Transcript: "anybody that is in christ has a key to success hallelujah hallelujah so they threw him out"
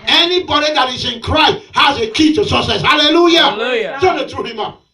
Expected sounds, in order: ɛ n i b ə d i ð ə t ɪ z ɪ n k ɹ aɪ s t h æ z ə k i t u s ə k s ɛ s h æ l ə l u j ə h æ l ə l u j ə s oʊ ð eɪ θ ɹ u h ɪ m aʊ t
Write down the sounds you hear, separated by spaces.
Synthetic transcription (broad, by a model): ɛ n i b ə d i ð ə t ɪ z ɪ n k ɹ aɪ s t h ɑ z ə k i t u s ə s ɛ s h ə l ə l l u j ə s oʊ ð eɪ t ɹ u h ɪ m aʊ